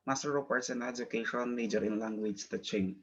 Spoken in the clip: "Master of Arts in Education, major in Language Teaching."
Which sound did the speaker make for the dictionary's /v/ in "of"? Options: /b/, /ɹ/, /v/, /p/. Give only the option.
/p/